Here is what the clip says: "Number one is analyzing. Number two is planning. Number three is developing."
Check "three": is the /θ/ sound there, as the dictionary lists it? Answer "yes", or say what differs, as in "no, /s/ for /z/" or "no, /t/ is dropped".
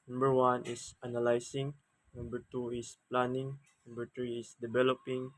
no, /t/ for /θ/